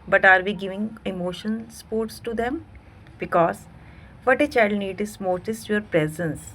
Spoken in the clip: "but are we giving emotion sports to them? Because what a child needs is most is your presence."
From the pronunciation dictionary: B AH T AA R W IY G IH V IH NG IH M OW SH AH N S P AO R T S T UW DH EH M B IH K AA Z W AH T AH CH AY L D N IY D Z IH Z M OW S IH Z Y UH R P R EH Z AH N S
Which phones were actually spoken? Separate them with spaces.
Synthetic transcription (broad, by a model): B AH T AA R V IY G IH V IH NG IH M OW SH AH N S P AO R T S T UW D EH M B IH K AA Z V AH T AH CH AY L D N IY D IH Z M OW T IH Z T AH R P R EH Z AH N S